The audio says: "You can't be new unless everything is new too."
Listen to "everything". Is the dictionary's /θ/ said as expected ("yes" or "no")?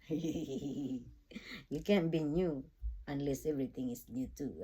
no